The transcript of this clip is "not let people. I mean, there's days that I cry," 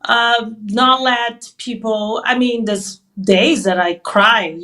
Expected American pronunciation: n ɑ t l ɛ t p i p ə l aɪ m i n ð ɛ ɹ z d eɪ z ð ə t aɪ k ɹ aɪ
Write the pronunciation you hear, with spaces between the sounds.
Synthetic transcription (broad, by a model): n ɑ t l ɛ t p i p l aɪ m i n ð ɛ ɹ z d eɪ z ð ə t aɪ k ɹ aɪ